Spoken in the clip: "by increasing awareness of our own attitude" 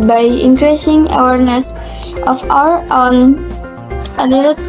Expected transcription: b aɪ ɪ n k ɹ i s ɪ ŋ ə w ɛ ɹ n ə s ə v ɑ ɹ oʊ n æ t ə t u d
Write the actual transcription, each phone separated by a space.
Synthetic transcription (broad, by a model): b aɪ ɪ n k ɹ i s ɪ ŋ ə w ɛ ɹ n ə s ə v ɑ ɹ oʊ n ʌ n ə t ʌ